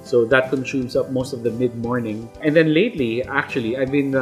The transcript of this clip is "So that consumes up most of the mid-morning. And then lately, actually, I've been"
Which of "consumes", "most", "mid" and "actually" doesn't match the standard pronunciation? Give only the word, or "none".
consumes